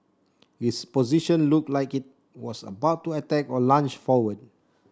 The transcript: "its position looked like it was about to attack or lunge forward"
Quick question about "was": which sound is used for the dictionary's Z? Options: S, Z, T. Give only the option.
S